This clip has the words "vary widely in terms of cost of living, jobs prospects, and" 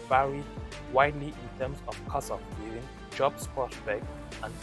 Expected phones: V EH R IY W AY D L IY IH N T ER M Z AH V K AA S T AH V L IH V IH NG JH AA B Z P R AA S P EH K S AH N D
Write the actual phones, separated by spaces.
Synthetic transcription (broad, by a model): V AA R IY W AY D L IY IH N T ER M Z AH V K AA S AH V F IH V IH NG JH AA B S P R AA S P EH K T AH N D